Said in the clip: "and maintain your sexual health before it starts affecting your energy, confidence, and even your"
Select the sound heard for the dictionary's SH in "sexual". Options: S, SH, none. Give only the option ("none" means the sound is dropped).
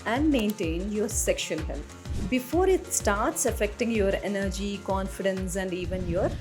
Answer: SH